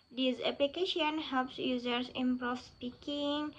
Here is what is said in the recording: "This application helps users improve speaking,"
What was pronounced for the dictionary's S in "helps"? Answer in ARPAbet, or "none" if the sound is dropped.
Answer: S